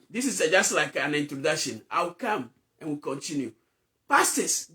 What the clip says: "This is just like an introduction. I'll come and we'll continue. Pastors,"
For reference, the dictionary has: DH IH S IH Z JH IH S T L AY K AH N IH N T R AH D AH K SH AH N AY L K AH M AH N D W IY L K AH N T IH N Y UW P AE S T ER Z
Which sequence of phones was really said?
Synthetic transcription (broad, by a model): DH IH S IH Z JH IH S T L AY K AH N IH N T R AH D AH K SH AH N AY W K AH M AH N W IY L K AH N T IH N Y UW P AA S T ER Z